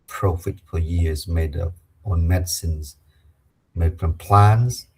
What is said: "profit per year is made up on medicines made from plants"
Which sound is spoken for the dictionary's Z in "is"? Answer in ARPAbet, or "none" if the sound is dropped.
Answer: Z